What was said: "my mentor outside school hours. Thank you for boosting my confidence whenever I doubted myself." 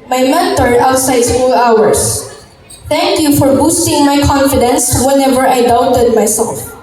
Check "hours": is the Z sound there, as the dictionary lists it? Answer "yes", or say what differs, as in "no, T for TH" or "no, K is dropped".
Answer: no, S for Z